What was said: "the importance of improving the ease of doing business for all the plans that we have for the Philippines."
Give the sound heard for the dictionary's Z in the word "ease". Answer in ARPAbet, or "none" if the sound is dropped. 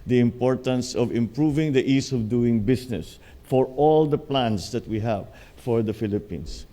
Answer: S